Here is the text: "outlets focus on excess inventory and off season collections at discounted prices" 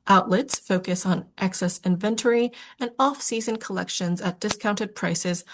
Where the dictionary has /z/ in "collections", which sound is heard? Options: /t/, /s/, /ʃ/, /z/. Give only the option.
/z/